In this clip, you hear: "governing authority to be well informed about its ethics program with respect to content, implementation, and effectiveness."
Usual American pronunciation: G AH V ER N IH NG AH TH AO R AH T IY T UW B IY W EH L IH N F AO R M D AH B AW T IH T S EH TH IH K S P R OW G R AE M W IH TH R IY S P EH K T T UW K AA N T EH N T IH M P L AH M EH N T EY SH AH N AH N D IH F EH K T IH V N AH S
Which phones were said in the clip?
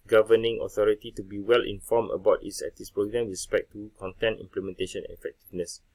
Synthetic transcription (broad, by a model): G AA V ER N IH NG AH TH AO R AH T IY T UW B IY W EH L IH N F AO M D AH B AW T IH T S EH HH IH S P R OW G R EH M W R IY S P EH K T T UW K AA N T EH N T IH M P L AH M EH N T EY SH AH N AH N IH F EH K T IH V N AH S